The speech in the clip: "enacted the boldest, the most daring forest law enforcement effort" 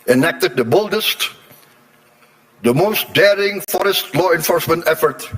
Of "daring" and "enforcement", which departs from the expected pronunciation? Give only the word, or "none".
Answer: none